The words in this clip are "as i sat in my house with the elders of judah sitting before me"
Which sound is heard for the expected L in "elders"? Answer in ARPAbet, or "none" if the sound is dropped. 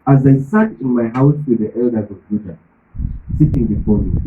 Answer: L